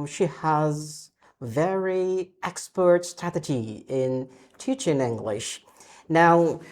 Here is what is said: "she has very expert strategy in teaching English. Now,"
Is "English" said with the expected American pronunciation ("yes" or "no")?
yes